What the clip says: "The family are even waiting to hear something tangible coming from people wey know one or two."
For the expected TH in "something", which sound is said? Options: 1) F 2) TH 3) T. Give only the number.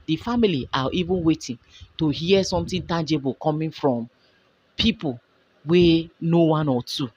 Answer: 3